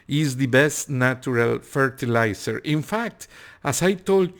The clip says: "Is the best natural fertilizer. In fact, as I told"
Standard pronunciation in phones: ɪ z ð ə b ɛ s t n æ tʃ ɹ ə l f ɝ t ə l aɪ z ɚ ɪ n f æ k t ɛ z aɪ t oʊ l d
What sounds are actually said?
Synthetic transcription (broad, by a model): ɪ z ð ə b ɛ s t n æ tʃ ɹ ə l f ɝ t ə l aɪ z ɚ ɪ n f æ k t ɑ s aɪ t oʊ l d